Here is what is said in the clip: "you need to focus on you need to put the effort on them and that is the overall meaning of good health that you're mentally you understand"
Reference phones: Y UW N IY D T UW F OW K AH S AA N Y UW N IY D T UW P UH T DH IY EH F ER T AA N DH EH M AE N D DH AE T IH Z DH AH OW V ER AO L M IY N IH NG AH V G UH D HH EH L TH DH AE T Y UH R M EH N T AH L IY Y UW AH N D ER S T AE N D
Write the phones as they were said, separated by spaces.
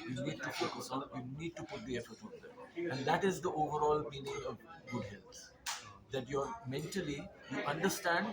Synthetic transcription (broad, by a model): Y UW N IY D T UW P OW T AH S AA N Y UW N IY D T UW P UH T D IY EH F ER T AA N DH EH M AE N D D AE T IH Z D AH OW V ER AO L M IY N IH NG AH V G UH D HH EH L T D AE T Y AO R M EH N T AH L IY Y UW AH N D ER S T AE N D